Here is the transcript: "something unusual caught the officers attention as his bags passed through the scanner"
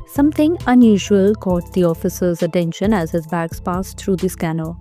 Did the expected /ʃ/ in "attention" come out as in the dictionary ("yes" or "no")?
yes